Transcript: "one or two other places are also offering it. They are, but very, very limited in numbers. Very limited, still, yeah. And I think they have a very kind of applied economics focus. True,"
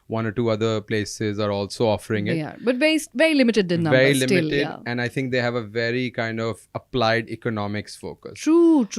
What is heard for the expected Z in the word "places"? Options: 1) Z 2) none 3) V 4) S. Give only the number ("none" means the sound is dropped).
1